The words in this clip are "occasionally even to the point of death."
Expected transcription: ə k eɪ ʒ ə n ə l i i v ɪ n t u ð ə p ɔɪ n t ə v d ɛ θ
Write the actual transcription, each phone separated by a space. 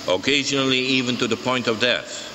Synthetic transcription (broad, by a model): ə k eɪ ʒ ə n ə l i i v ɪ n t u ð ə p ɔɪ n t ə v d ɛ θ